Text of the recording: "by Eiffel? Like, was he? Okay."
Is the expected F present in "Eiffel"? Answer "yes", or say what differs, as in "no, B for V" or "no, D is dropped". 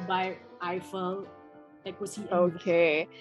yes